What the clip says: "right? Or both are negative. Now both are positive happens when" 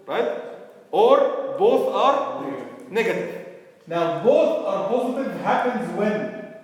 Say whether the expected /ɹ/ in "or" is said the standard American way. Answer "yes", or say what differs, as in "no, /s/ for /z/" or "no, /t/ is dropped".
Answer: yes